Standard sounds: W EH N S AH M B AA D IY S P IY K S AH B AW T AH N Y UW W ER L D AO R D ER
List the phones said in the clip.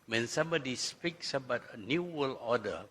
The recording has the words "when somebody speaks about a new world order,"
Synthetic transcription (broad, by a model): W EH N S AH M B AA D IY S P IY K S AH B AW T AH N Y UW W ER L AO D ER